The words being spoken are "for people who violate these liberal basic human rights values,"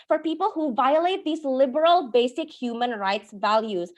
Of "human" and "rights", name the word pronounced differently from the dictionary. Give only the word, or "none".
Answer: none